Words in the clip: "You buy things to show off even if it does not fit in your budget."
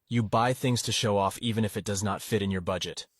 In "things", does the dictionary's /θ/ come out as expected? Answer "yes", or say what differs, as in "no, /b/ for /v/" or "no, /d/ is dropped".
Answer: yes